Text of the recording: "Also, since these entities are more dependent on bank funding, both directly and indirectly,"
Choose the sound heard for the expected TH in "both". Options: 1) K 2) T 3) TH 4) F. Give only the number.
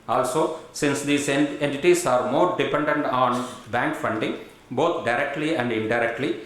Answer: 2